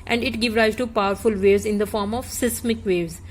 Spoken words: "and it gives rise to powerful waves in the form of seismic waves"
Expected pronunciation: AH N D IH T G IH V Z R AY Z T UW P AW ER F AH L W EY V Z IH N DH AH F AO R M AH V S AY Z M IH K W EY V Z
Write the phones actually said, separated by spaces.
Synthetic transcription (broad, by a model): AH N D IH T G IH V R AY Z T UW P AW ER F AH L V EY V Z IH N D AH F AO R M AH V S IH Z M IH K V EY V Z